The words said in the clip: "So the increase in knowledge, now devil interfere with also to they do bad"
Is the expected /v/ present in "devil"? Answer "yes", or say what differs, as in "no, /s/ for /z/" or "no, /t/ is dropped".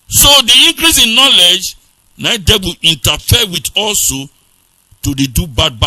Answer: no, /b/ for /v/